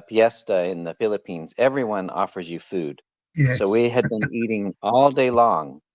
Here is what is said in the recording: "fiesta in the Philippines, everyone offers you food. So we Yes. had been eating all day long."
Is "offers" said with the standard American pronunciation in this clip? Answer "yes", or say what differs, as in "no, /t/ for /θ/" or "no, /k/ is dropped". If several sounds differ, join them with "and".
yes